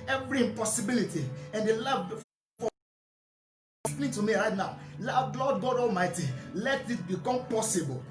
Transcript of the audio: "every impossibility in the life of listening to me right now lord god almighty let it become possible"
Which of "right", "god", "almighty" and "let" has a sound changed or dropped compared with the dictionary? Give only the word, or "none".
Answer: none